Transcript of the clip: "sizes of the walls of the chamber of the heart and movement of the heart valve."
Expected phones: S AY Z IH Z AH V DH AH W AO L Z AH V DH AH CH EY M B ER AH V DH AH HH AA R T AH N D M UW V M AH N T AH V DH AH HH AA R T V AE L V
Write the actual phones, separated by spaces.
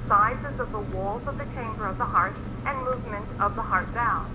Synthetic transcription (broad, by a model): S AY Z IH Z AH V DH AH W AO L Z AH V DH AH CH EY M B ER AH V DH AH HH AA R T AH N M UW V M AH N T AH V DH AH HH AA R T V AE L